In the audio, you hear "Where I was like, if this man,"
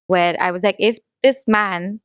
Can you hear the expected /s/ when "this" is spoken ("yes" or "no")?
yes